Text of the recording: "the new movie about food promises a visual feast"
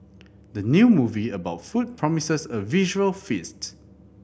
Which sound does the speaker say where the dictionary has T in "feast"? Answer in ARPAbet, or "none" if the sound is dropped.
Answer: T